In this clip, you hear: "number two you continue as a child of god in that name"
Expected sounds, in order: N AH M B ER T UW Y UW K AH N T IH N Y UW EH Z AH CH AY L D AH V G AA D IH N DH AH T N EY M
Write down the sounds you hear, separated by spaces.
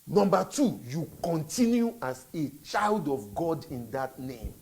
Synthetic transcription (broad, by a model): N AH M B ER T UW Y UW K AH N T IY N Y UW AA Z AH CH AY L D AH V G AA D IH N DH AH T N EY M